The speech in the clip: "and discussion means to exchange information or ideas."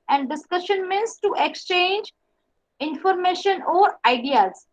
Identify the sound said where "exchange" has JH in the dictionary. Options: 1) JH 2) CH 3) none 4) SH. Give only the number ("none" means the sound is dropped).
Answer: 1